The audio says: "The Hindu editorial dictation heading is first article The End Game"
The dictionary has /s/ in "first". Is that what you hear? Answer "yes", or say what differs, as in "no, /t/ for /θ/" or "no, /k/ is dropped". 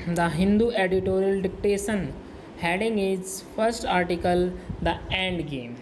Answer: yes